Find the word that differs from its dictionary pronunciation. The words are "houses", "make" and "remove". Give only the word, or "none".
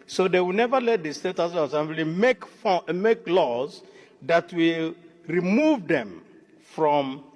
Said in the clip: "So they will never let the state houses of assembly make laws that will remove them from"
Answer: houses